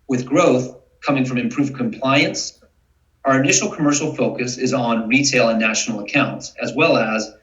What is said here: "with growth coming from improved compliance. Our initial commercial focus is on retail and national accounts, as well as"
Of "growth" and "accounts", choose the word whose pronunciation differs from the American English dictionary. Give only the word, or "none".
none